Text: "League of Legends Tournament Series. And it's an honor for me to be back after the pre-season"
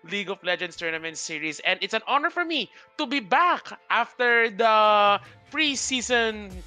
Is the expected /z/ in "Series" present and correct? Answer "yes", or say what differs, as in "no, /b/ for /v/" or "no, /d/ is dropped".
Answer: no, /s/ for /z/